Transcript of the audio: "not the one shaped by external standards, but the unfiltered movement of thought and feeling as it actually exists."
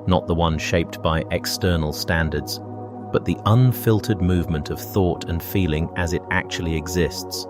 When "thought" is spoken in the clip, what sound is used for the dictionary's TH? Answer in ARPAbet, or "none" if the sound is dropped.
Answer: TH